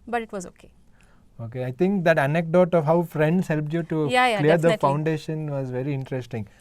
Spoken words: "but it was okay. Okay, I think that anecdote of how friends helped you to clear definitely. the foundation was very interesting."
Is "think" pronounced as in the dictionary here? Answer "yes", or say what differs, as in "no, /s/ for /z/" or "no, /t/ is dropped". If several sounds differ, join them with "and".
no, /t/ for /θ/